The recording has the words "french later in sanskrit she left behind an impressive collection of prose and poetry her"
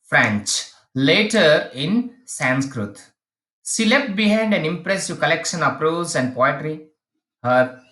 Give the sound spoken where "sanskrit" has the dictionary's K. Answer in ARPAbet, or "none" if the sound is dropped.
K